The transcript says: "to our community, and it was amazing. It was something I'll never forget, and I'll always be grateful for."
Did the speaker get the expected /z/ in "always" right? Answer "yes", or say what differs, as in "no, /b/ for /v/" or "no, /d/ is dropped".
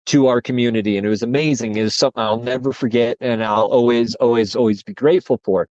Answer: yes